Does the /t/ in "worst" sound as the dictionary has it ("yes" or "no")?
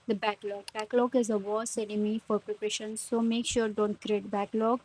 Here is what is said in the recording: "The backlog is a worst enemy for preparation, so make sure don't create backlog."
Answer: no